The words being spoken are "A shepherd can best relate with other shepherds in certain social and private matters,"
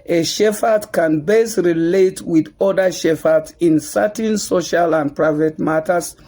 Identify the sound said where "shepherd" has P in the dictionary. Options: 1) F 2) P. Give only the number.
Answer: 1